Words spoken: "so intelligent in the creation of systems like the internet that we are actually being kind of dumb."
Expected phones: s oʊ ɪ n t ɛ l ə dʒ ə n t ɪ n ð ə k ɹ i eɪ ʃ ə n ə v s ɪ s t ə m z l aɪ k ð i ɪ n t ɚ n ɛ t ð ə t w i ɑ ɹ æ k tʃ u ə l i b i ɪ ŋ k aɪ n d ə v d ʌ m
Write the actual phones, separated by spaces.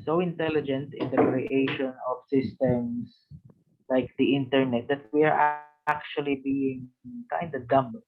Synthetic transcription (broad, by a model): s oʊ ɪ n t ɛ l ə dʒ ə n t ɪ n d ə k ɹ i eɪ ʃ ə n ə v s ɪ s t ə m s l aɪ k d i ɪ n t ɚ n ɛ t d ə t w i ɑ ɹ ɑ k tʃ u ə l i b i ɪ ŋ k aɪ n d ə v d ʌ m